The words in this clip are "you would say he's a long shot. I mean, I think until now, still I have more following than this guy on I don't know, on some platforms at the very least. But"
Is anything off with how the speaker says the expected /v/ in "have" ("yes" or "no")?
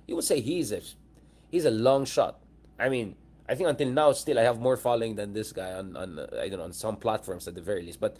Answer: no